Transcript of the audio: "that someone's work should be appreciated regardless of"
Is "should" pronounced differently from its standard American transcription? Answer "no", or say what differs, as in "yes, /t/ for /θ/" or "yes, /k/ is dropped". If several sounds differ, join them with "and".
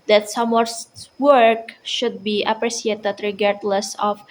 no